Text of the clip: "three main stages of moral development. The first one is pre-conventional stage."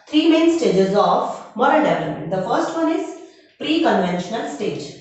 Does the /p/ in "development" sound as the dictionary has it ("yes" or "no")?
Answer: no